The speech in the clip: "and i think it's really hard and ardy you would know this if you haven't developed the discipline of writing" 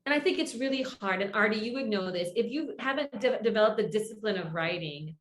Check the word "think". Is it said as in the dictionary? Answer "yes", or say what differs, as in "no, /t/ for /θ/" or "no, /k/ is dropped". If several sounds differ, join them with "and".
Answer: yes